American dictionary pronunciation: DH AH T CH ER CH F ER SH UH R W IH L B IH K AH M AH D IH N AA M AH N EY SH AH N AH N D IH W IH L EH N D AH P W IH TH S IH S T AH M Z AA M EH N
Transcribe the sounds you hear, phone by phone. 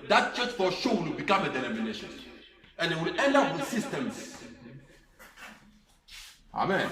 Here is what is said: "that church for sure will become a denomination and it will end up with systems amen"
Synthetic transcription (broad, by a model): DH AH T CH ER S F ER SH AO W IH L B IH K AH M AH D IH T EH M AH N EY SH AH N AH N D IH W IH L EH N AH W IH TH S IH S T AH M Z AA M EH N